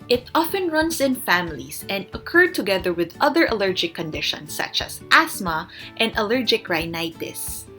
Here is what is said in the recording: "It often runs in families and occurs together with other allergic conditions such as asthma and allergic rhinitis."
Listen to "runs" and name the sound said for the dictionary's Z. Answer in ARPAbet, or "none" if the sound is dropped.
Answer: S